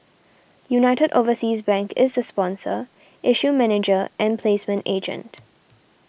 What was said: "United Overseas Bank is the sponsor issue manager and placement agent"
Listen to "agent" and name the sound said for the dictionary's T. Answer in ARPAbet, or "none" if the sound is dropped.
T